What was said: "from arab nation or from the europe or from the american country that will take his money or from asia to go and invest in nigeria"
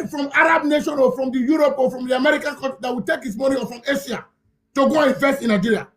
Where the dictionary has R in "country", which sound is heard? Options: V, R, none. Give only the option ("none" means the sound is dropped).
none